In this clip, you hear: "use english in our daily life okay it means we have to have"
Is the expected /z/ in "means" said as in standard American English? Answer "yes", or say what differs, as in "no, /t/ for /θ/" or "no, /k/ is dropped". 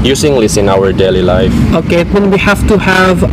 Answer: no, /z/ is dropped